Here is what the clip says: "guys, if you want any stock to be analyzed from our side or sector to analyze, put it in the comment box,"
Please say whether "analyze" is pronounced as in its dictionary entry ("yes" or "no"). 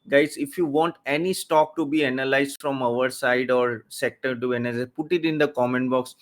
no